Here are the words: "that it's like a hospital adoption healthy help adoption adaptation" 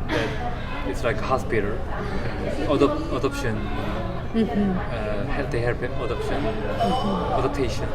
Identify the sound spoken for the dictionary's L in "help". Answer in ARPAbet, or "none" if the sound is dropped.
none